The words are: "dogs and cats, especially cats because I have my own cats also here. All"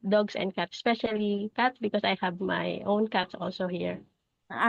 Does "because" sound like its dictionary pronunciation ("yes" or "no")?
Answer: no